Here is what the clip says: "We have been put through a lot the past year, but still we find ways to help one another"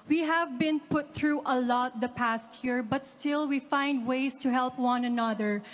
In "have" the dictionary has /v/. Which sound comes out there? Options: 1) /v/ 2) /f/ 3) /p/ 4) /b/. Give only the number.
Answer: 1